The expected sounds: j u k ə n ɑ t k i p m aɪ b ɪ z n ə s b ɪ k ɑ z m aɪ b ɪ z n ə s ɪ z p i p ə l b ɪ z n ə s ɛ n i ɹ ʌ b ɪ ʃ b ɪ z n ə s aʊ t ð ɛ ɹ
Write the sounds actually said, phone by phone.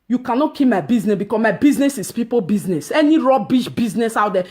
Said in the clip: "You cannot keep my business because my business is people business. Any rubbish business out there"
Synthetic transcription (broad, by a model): j u k ə n ɑ t k i p m aɪ b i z n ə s b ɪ k ɑ s m aɪ b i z n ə s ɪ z p i p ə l b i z n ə s ɛ n i ɹ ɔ b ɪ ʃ b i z n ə s aʊ t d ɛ